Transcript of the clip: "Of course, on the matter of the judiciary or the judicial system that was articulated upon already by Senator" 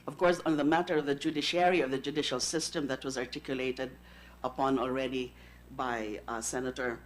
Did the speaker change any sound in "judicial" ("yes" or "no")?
no